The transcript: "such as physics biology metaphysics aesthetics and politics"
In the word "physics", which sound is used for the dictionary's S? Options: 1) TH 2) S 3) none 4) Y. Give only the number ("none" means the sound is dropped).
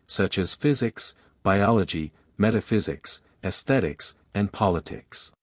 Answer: 2